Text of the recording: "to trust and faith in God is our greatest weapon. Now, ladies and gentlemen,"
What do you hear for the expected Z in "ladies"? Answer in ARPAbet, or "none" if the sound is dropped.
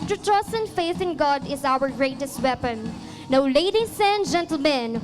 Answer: S